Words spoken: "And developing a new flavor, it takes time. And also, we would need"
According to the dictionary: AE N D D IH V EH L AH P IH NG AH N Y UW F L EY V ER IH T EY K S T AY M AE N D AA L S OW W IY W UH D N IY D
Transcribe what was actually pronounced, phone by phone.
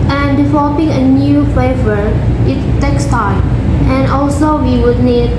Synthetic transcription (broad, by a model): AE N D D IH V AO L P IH NG AH N Y UW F EY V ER IH T EY K S T AY M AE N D AA L S OW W IY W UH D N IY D